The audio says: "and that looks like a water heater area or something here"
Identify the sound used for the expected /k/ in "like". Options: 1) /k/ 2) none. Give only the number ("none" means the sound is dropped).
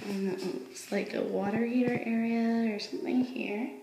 1